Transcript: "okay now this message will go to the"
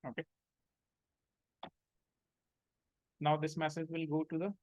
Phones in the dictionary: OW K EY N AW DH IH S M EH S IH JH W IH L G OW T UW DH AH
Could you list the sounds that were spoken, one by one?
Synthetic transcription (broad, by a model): OW K EY N AW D IH S M EH S IH JH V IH L G OW T UW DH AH